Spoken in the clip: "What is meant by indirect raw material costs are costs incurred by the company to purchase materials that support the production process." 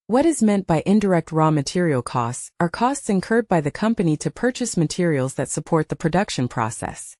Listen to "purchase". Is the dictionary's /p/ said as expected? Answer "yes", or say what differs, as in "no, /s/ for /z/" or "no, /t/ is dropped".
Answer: yes